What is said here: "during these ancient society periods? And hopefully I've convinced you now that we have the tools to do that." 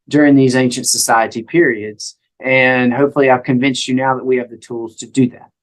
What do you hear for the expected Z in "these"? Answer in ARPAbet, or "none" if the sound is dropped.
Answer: Z